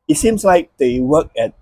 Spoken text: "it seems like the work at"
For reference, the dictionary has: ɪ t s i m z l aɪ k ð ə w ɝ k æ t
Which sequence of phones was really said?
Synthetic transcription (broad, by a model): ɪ t s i m s l aɪ k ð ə w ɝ k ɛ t